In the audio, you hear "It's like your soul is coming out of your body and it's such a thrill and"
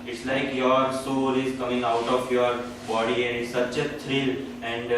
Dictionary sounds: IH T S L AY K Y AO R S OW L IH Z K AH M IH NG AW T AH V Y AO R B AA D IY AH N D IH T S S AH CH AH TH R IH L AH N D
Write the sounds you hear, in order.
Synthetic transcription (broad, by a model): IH T S L AY K Y AO R S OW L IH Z K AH M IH NG AW T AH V Y AO R B AA D IY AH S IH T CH AH T R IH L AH N D